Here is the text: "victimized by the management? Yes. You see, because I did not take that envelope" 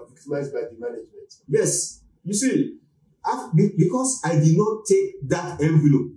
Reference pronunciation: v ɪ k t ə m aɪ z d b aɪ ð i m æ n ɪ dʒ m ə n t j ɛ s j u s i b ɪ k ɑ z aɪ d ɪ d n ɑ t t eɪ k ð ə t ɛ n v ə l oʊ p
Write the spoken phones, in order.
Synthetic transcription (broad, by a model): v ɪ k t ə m aɪ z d b aɪ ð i m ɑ n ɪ dʒ m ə n t j ɛ s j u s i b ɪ k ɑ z aɪ d ɪ d n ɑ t t eɪ k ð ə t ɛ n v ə l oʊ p